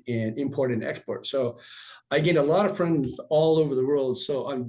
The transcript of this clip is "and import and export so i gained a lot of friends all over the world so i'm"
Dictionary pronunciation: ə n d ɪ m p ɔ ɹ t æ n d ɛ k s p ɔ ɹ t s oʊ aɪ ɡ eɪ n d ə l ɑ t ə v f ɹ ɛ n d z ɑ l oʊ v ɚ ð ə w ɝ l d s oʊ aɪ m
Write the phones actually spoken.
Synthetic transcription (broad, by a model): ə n ɪ m p ɔ ɹ t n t ɛ k s p ɔ ɹ t s oʊ aɪ ɡ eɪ d ə l ɑ t ə v f ɹ ɛ n d z ɑ l oʊ v ɚ ð ə w ɝ l d s oʊ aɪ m